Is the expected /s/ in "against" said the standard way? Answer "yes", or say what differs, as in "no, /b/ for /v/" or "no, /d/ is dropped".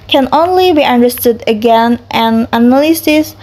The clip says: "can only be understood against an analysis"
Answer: no, /s/ is dropped